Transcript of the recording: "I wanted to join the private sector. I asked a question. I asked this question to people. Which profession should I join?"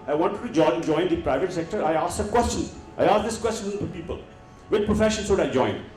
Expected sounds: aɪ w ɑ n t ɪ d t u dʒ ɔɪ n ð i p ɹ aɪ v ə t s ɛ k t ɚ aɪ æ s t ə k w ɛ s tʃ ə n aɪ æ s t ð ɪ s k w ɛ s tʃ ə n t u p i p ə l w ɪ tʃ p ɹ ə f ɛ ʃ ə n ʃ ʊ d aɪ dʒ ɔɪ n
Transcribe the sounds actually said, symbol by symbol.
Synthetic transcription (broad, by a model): aɪ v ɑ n t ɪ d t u dʒ ɔɪ n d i p ɹ aɪ v ə t s ɛ k t ɚ aɪ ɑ s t ə k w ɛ s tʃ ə n aɪ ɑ s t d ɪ s k w ɛ s tʃ ə n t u p i p ə l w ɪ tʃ p ɹ ə f ɛ ʃ ə n s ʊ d aɪ dʒ ɔɪ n